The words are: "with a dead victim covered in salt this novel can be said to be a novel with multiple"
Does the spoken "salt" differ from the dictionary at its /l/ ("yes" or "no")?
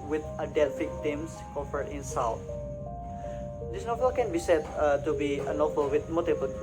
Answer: yes